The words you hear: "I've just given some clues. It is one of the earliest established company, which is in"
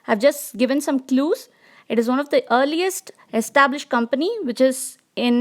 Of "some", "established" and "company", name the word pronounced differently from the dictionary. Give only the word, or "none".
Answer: none